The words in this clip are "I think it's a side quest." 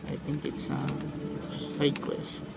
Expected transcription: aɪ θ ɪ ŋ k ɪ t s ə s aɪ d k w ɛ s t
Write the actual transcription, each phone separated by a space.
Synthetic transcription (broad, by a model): aɪ θ ɪ ŋ k ɪ t s ə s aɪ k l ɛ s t